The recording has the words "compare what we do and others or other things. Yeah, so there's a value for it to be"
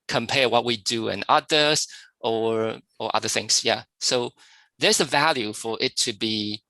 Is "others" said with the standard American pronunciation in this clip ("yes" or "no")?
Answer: no